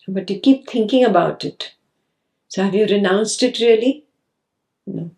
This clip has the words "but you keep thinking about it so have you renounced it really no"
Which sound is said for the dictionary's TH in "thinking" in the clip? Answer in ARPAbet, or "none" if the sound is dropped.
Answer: T